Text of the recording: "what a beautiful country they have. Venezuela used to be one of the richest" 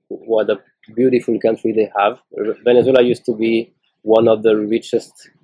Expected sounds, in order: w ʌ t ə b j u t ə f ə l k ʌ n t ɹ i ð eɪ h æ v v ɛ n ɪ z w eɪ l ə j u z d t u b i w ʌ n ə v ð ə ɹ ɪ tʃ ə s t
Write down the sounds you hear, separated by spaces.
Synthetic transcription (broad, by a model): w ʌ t ə b j u t ə f ə l k ʌ n t ɹ i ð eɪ h æ v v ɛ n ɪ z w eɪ l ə j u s t u b i w ʌ n ə v ð ə ɹ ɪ tʃ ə s t